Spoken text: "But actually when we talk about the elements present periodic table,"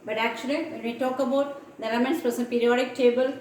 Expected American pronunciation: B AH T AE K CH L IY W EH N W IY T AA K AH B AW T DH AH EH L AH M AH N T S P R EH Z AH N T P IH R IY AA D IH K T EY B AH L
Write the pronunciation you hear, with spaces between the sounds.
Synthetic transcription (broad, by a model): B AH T AE K CH L IY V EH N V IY T AA K AH B AW T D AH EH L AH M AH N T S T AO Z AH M P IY R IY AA D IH K T EY B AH L